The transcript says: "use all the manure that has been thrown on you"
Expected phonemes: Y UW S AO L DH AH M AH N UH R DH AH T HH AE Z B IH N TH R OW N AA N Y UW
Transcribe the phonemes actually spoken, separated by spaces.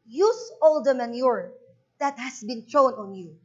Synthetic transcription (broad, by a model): Y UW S AO L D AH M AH N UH R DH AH T HH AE S B IH N T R OW N AA N Y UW